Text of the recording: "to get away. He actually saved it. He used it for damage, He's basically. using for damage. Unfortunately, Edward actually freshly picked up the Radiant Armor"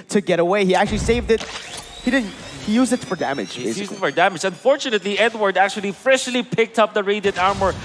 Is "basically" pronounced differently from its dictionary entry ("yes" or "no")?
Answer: yes